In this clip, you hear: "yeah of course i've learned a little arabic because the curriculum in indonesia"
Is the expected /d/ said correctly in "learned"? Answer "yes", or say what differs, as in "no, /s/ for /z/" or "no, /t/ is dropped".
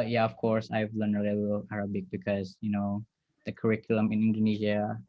no, /d/ is dropped